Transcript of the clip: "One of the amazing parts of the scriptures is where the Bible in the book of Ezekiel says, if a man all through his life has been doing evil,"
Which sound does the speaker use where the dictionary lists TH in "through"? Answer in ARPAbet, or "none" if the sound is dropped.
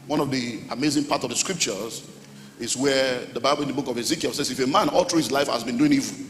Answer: T